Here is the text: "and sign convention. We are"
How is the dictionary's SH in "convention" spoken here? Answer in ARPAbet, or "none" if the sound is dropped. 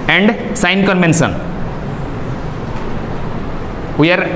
S